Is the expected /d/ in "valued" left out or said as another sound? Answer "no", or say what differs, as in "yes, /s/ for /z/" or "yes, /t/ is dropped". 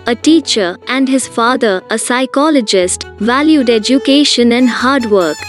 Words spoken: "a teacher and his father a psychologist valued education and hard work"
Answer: no